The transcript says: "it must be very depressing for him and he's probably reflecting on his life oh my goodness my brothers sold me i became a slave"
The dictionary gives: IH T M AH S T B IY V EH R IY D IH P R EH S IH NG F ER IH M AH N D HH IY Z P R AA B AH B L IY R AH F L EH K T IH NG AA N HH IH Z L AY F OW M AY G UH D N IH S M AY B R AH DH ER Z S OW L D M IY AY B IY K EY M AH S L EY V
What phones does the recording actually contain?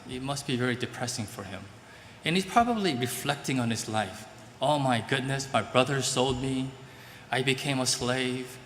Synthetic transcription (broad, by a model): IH T M AH S T B IY V EH R IY D IH P R EH S IH NG F ER IH M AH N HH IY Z P R AA B AH B L IY R AH F L EH K T IH NG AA N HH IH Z L AY F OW M AY G UH D N IH S M AY B R AH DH ER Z S OW L D M IY AY B IY K EY M AH S L EY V